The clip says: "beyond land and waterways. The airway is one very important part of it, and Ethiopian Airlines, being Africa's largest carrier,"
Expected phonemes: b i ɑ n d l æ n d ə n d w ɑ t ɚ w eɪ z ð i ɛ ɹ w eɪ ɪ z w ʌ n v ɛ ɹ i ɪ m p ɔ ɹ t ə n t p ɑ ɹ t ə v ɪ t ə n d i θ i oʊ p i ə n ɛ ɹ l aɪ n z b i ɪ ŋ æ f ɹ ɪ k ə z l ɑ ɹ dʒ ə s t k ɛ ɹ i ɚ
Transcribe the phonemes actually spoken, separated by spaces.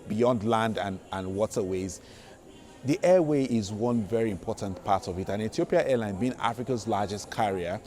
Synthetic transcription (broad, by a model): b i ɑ n d l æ n d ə n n w ɑ t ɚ w eɪ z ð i ɛ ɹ w eɪ ɪ z w ʌ n v ɛ ɹ i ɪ m p ɔ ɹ t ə n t p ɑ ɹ t ə v ɪ t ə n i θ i oʊ p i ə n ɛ l aɪ n b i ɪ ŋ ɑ f ɹ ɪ k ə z l ɑ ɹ dʒ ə s t k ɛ ɹ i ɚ